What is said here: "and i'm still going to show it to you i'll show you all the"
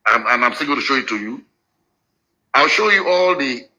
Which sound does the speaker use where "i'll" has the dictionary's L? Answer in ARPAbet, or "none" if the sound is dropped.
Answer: L